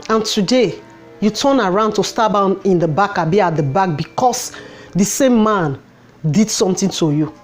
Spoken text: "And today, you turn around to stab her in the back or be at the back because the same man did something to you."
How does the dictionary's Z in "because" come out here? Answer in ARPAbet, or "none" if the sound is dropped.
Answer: S